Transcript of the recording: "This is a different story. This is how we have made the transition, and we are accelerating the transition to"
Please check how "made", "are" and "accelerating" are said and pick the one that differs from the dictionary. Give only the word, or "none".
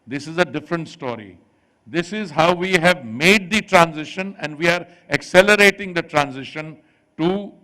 none